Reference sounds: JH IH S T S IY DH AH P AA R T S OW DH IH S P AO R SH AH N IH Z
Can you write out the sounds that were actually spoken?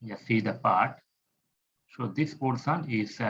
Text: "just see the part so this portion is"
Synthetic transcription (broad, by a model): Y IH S S IY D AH P AA R T S OW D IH S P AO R S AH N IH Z